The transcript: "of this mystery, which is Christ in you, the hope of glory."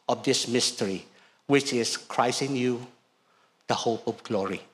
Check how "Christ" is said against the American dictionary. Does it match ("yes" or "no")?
no